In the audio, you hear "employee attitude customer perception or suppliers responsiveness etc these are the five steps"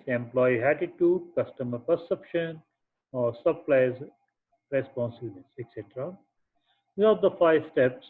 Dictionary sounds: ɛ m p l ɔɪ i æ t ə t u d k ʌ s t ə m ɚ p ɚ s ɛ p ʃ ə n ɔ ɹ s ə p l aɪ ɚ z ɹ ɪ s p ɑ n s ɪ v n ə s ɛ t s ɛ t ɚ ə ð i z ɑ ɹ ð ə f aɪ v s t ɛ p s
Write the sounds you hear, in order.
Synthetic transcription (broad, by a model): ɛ m p l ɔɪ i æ t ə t u d k ʌ s t ə m ɚ p ɚ s ɛ p ʃ ə n ɔ ɹ s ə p l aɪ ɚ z ɹ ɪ s p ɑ n s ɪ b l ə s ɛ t s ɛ t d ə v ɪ ɑ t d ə f aɪ v s t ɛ p s